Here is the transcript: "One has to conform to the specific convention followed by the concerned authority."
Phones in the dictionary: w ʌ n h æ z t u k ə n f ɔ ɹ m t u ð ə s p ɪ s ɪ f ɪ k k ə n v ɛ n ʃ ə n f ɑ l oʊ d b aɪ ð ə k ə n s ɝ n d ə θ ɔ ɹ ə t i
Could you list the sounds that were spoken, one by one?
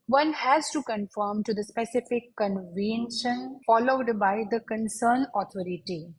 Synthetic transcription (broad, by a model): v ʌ n h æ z t u k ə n f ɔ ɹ m t u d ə s p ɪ s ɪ f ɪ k k ə n v ɛ n ʃ ə n f ɑ l oʊ d b aɪ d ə k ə n s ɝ n ə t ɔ ɹ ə t i